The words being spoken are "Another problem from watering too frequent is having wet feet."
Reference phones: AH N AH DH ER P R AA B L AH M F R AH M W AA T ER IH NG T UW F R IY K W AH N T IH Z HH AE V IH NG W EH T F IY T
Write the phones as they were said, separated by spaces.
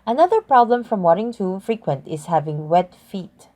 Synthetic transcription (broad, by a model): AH N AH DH ER P R AA B L AH M F R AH M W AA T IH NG T UW F R IY K W AH N T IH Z HH AE V IH NG W EH T F IY T